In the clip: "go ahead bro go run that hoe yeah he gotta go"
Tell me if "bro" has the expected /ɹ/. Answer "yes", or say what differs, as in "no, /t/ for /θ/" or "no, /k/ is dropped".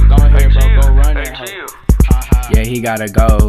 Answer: no, /ɹ/ is dropped